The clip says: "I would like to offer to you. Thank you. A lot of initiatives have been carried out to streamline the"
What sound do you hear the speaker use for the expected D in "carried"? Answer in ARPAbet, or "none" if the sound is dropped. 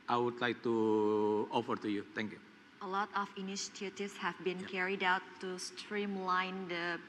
D